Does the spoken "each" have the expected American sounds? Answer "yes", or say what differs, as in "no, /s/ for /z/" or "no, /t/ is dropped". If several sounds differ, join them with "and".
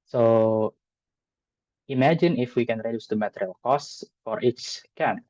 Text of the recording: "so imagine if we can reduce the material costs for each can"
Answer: no, /s/ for /tʃ/